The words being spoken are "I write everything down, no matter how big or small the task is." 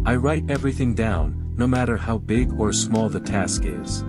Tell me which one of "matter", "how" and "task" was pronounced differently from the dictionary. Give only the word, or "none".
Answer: none